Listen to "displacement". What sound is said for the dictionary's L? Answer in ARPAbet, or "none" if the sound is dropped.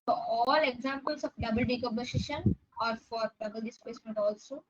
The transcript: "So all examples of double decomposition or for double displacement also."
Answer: none